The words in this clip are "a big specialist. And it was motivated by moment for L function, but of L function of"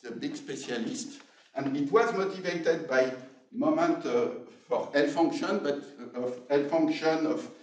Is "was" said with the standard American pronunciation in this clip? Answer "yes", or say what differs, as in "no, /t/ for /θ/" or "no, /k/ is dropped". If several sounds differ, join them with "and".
yes